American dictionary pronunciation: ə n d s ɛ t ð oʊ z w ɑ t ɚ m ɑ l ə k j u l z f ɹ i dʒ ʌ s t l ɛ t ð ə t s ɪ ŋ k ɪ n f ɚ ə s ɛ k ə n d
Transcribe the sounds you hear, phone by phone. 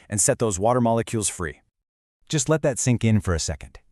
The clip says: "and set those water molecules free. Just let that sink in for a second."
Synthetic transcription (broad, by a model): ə n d s ɛ t ð oʊ z w ɑ t ɚ m ɑ l ə k j u l z f ɹ i dʒ ʌ s t l ɛ t ð ə t s ɪ ŋ k ɪ n f ɚ ə s ɛ k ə n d